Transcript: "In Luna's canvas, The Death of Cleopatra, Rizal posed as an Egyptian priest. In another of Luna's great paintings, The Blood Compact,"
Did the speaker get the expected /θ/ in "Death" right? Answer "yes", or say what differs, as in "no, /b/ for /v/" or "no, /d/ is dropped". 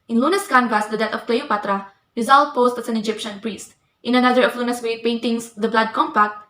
no, /t/ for /θ/